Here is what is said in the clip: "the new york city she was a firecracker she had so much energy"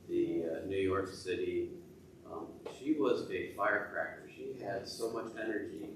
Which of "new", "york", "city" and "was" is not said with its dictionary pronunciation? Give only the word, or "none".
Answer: none